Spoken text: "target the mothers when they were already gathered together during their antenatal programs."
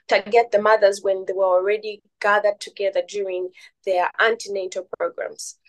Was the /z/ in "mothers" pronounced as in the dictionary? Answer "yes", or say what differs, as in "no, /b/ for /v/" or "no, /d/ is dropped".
yes